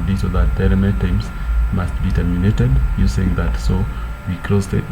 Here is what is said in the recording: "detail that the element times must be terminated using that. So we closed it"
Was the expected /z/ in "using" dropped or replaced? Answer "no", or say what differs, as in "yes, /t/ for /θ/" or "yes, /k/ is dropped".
yes, /s/ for /z/